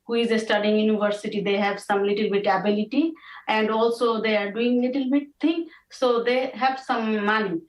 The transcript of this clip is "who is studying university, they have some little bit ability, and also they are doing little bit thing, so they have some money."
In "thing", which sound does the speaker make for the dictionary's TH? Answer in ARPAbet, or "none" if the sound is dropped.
T